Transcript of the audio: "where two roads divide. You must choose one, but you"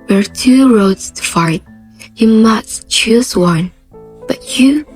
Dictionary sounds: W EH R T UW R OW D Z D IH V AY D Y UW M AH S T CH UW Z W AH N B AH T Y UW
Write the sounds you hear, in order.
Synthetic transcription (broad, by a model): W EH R T UW R OW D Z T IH F AY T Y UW M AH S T CH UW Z W AH N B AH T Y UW